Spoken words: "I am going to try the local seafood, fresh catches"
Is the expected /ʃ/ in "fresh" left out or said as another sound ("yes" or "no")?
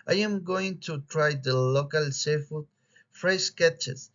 yes